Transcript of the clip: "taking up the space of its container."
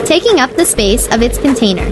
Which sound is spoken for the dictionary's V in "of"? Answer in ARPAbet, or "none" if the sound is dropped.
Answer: V